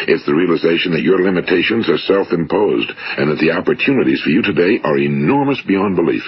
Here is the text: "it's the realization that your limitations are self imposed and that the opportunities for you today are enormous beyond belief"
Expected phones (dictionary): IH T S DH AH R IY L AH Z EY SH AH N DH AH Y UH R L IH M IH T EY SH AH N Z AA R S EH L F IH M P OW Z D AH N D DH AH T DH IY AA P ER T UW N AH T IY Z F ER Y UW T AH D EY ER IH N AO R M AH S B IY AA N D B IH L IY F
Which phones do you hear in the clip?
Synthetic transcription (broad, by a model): IH T S DH AH R IY L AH Z EY SH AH N DH AH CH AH R L IH M IH T EY SH AH N Z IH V S EH L F IH M P OW Z D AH N DH AH T DH IY AA P ER T UW N AH T IY Z F ER Y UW T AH D EY ER IH N AO R M AH S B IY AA N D B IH L IY F